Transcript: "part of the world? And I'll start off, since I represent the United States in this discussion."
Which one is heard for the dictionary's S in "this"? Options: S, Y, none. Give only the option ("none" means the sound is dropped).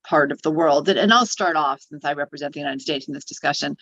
S